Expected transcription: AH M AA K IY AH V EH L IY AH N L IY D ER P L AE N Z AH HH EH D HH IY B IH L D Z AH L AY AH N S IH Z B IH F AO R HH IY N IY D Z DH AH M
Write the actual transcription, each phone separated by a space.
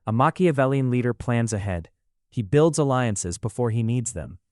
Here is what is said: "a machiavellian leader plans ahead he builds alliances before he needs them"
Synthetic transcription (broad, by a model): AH M AA K IY AH V EH L IY AH N L IY D ER P L AE N Z AH HH EH D HH IY B IH L D Z AH L AY AH N S IH Z B IH F AO R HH IY N IY D Z DH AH M